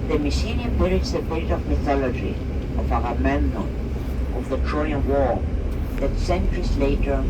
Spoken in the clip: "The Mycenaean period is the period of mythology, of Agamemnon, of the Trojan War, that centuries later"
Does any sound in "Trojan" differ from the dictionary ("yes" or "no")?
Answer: yes